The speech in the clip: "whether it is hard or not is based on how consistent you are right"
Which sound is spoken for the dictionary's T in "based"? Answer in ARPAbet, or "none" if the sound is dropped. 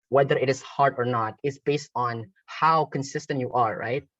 T